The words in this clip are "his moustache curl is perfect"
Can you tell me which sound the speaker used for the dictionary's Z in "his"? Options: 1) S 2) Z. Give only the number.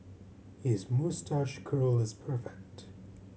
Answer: 2